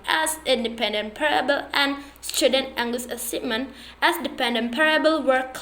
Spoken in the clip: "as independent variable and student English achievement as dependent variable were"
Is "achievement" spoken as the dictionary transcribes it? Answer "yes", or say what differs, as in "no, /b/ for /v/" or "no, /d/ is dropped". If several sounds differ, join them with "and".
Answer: no, /s/ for /tʃ/